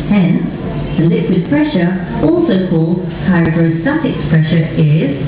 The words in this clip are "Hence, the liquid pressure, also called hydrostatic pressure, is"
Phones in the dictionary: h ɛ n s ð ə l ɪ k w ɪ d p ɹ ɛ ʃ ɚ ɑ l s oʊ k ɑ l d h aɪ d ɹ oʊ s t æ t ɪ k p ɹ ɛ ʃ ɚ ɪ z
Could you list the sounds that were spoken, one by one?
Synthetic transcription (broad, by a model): h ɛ n s ð ə l ɪ k w ɪ d p ɹ ɛ ʃ ɚ ɑ l s oʊ k ɑ l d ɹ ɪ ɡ ɹ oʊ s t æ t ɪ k p ɹ ɛ ʃ ɚ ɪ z